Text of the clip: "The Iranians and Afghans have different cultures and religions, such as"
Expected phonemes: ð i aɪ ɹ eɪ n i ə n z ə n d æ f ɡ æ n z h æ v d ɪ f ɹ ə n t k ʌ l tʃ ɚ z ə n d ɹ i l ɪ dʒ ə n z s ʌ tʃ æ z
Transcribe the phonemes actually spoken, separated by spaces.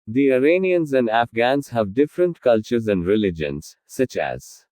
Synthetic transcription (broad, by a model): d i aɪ ɹ eɪ n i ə n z ə n d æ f ɡ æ n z h æ v d ɪ f ɹ ə n t k ʌ l tʃ ɚ z ə n d ɹ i l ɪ dʒ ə n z s ʌ tʃ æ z